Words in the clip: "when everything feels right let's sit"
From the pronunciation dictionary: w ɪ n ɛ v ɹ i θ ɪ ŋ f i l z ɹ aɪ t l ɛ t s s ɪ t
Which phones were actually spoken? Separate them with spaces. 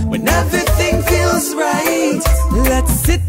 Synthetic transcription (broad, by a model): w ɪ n ɛ v ɹ i θ ɪ ŋ f i l z ɹ aɪ t l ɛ t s s ɪ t